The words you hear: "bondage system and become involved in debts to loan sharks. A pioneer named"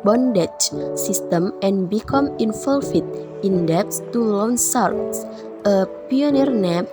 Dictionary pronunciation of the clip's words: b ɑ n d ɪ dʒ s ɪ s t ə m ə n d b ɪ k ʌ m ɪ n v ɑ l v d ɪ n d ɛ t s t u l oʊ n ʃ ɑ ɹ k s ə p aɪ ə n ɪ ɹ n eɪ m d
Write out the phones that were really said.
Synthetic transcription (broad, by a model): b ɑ n d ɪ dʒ s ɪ s t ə m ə n b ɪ k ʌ m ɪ n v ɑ l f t ɪ n d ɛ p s t u l oʊ n s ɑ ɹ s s ə p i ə n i ɹ n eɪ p